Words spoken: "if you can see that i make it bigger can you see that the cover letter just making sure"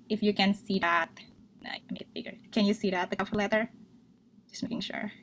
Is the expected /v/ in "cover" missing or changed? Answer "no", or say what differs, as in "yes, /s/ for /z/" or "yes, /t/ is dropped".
yes, /f/ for /v/